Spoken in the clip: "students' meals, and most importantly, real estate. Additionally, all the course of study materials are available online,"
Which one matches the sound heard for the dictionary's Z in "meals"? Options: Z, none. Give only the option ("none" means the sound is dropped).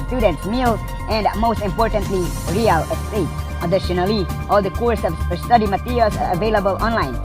none